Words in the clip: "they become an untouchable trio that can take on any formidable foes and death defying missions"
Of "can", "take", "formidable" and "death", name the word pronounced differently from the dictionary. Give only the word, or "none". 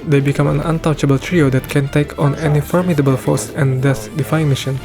death